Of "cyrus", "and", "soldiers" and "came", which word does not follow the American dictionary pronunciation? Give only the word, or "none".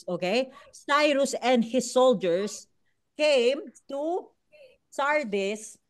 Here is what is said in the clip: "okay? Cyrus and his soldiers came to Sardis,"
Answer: soldiers